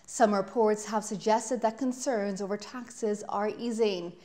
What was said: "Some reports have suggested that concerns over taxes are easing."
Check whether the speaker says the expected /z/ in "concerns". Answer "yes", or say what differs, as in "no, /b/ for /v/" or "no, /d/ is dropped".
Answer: yes